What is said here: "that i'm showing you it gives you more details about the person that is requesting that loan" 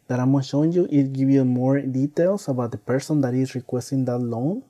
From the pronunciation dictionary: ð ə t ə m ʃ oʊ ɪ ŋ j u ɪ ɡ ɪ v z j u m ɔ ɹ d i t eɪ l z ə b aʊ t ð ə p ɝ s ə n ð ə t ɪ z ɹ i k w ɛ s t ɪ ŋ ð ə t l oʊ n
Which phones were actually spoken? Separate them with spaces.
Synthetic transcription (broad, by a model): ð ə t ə m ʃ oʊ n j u ɪ ɡ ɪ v j u m ɔ ɹ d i t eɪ l s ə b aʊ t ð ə p ɝ s ə n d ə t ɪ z ɹ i k w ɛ s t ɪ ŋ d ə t l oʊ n